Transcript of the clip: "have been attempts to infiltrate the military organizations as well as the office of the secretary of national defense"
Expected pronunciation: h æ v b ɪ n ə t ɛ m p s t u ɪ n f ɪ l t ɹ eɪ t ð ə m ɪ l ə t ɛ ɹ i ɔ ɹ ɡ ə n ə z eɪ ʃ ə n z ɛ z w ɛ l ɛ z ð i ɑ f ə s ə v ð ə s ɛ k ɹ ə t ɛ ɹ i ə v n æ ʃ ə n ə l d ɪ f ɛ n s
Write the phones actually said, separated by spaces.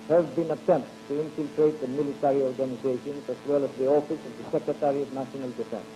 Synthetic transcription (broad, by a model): h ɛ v b ɪ n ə t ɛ m p t u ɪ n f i l t ɹ eɪ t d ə m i l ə t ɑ ɹ i ɔ ɹ ɡ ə n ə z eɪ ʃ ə n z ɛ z w ɛ l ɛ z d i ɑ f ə s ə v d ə s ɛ k ɹ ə t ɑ ɹ i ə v n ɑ s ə n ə l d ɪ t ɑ